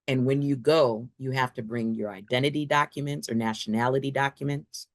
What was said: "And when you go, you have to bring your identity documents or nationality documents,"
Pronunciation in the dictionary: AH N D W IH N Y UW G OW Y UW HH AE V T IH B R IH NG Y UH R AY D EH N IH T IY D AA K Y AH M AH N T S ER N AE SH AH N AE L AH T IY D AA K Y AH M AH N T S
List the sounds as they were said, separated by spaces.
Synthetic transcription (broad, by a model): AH N W IH N Y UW G OW Y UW HH AE F T IH B R IH NG Y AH R AY D EH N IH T IY D AA K Y AH M AH N T S ER N AE SH AH N AE L AH T IY D AA K Y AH M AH N T S